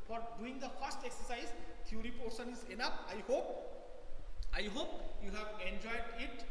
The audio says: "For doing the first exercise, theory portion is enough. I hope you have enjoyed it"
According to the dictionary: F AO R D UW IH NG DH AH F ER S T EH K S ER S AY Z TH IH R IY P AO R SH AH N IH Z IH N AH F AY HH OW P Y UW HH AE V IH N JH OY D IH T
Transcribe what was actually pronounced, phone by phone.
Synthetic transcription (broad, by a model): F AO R D UW IH NG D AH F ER S T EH K S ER S AY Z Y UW R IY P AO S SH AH N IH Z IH N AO P AY HH OW P Y UW HH AE V IH N JH OY D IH T